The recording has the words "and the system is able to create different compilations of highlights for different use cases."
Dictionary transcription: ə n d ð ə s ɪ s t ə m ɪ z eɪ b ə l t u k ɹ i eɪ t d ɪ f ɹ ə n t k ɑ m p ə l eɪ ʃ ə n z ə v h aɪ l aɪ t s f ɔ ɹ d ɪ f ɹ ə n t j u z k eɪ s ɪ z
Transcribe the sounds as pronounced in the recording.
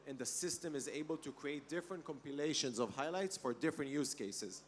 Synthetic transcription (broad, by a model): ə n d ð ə s ɪ s t ə m ɪ z eɪ b ə l t u k ɹ i eɪ t d ɪ f ɹ ə n t k ɑ m p ə l eɪ ʃ ə n z ə v h aɪ l aɪ t s f ɔ ɹ d ɪ f ɹ ə n t j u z k eɪ s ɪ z